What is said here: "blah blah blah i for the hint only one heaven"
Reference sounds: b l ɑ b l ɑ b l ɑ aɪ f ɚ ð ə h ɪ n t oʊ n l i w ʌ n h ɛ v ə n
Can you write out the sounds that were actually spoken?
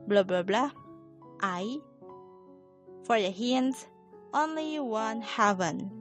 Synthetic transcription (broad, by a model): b l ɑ b l ɑ b l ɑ aɪ f ɚ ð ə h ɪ n t oʊ n l i w ʌ n h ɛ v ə n